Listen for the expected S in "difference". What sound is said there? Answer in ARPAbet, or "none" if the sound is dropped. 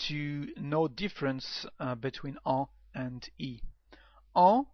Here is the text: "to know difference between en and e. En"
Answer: S